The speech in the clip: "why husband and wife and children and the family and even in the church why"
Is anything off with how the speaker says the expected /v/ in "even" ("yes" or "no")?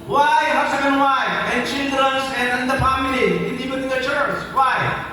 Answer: yes